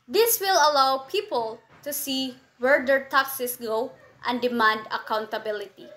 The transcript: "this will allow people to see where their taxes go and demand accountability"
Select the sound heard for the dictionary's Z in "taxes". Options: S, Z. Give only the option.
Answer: S